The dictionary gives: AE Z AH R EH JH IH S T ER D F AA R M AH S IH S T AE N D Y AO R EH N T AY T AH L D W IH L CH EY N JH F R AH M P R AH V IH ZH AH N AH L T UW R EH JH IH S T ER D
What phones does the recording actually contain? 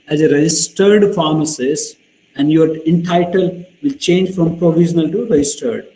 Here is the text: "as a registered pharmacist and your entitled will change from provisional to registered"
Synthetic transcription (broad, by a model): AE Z AH R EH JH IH S T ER D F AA R M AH S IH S AE N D Y AO R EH N T AY T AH L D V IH L CH EY N JH F R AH M P R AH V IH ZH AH N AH L T UW R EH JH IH S T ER D